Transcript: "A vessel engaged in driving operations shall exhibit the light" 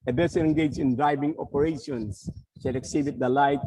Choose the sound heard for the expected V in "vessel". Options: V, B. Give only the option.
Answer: B